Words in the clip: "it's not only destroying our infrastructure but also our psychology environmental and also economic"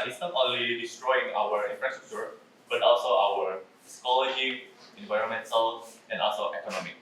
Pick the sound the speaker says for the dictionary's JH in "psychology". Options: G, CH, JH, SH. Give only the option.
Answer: SH